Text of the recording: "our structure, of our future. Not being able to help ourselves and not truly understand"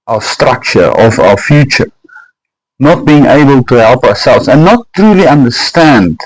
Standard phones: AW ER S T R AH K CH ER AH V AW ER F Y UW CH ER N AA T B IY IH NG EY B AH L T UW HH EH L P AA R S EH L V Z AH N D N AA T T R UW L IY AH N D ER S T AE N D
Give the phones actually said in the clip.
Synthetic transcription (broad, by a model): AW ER S T R AH K CH ER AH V AW ER F Y UW CH ER N AA T B IY IH NG EY B AH L T UW HH EH L P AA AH S EH L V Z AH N N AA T T R UW L IY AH N D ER S T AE N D